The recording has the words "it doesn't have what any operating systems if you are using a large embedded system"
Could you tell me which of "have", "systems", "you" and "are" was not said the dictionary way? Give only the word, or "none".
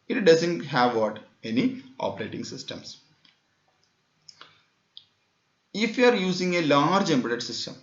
systems